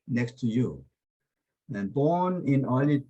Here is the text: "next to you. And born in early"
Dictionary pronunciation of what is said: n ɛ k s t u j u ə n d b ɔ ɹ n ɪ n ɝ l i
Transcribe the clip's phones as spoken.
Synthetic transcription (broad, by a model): n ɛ k s t u j u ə n b ɔ ɹ n ɪ n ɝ l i